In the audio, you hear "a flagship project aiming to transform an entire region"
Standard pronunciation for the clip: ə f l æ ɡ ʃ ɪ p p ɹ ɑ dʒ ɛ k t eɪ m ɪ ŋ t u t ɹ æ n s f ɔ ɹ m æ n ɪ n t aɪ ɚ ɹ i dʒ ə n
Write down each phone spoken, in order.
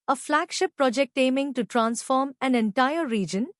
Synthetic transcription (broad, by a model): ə f l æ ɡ ʃ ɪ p p ɹ ɑ dʒ ɛ k t eɪ m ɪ ŋ t u t ɹ æ n s f ɔ ɹ m æ n ɪ n t aɪ ɚ ɹ i dʒ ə n